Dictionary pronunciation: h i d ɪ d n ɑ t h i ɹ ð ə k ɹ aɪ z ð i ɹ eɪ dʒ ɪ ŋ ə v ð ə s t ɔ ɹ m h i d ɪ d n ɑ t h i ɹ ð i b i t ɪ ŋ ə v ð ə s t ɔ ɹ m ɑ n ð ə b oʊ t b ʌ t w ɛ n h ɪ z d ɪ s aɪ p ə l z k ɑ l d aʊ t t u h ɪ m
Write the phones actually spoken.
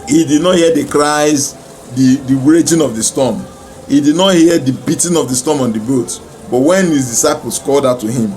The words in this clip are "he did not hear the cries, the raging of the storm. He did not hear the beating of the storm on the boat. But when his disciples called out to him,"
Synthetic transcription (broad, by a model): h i d ɪ d n ɑ t h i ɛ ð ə k ɹ aɪ z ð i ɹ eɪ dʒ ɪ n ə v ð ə s t ɔ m h i d ɪ d n ɑ t h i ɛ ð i b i t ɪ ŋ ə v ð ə s t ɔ m ɑ n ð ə b oʊ t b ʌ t w ɛ n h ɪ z d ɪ s aɪ p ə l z k ɑ l d aʊ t t u h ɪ m